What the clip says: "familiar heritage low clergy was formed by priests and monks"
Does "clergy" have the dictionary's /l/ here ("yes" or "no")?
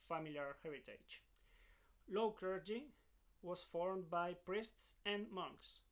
no